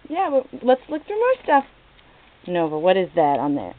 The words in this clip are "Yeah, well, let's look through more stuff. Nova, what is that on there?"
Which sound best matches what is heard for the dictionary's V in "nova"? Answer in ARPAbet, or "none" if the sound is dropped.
V